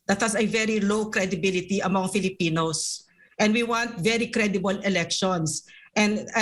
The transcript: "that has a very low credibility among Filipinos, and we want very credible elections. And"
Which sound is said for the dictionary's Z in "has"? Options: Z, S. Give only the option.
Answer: S